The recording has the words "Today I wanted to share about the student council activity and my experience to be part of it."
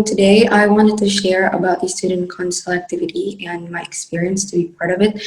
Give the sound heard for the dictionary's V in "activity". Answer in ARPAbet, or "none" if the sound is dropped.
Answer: V